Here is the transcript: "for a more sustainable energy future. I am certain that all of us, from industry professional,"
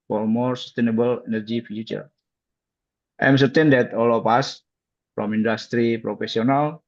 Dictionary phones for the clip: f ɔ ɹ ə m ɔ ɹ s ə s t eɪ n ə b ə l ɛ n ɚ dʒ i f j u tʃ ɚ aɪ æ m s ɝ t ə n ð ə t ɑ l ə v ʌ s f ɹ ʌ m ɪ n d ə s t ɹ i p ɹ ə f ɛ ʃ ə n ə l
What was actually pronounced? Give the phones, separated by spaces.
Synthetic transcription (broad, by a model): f ɔ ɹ m ɔ ɹ s ə s t eɪ n ə b ə l ɛ n ɚ dʒ i f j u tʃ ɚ aɪ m s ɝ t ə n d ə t ɑ l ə p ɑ s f ɹ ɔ m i n d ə s t ɹ i p ɹ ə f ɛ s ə n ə l